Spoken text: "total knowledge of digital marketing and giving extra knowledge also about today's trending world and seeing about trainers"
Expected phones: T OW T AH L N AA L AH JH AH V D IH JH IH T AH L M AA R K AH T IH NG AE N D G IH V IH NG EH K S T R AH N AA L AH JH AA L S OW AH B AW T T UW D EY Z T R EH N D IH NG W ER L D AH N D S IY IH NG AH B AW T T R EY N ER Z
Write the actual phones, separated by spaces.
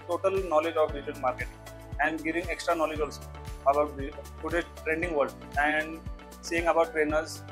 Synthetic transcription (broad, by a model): T OW T AH L N AA L AH JH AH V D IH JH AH N M AA R K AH T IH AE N D G IH V IH NG EH K S T R AH N AA L AH JH AA L S OW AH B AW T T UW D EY T R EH N D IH NG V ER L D AH N D S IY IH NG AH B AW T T R EY N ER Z